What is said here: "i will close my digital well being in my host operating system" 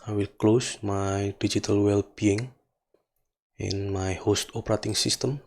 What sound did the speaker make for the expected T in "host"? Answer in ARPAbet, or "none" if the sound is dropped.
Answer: T